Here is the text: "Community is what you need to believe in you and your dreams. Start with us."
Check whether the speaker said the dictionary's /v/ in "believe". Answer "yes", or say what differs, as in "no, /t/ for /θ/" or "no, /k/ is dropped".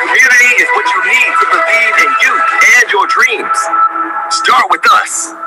no, /v/ is dropped